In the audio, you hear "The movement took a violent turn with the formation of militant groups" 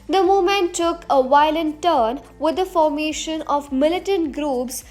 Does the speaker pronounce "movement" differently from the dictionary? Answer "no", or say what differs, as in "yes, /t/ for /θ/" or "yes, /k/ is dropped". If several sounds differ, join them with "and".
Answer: yes, /v/ is dropped